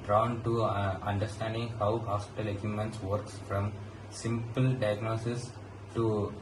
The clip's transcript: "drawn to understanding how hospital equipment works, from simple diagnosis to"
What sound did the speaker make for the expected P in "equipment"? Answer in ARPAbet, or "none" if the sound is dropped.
none